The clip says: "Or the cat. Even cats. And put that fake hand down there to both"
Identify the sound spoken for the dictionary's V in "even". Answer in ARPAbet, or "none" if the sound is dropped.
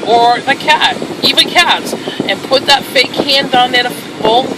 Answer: V